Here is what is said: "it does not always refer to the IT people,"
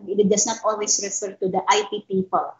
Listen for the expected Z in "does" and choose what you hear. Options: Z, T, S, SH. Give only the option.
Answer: S